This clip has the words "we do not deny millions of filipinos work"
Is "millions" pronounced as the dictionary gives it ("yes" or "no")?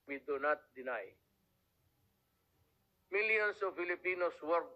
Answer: no